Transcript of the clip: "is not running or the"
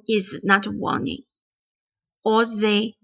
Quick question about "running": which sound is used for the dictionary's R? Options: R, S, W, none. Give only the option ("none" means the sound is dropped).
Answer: W